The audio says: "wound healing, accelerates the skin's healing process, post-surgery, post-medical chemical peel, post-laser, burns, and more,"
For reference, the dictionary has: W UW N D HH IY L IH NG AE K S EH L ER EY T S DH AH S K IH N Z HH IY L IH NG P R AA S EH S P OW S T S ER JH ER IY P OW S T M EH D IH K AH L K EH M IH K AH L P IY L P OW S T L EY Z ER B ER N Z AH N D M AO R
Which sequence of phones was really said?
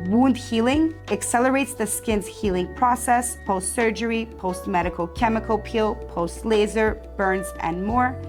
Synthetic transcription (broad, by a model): W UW N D HH IY L IH NG AE K S EH L ER EY T S DH AH S K IH N Z HH IY L IH NG P R AA S EH S P OW S T S ER JH ER IY P OW S T M EH D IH K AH L K EH M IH K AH L P IY L P OW S T L EY Z ER B ER N Z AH N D M AO R